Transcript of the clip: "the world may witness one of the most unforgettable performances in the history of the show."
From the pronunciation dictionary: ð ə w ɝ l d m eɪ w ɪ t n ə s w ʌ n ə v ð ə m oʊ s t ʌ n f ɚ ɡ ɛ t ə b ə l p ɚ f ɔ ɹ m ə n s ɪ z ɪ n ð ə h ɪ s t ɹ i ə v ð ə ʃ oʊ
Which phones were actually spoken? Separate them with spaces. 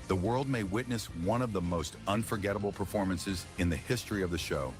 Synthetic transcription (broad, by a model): ð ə w ɝ l d m eɪ w ɪ t n ə s w ʌ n ə v ð ə m oʊ s t ʌ n f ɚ ɡ ɛ t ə b l p ɚ f ɔ ɹ m ə n s ɪ z ɪ n ð ə h ɪ s t ɹ i ə v ð ə ʃ oʊ